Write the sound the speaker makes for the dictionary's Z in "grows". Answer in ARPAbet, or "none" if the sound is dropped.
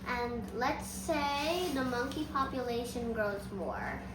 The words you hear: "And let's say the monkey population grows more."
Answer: Z